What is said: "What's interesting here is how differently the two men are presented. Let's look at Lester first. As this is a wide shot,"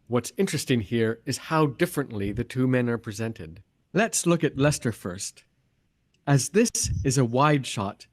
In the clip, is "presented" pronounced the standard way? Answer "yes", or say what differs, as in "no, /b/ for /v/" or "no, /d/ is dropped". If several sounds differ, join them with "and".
yes